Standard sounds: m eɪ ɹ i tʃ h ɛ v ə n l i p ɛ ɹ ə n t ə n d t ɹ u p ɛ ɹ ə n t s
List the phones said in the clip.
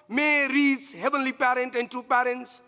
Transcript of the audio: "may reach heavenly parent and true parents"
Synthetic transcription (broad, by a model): m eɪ ɹ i s h ɛ v ə n l i p ɛ ɹ ə n t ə n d t ɹ u p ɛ ɹ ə n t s